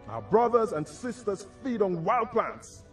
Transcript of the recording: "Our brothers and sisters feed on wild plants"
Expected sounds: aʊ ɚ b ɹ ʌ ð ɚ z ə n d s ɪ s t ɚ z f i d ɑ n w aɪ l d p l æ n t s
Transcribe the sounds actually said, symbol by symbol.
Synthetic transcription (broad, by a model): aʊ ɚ b ɹ ʌ ð ɚ z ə n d s ɪ s t ɚ z f i d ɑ n w aɪ l d p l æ n t s